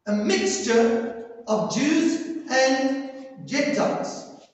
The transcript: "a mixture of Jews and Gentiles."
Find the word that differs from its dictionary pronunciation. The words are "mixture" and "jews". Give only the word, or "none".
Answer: none